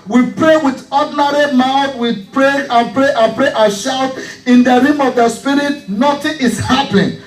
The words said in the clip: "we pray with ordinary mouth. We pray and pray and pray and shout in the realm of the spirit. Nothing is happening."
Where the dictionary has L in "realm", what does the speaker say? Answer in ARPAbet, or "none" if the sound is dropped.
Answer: none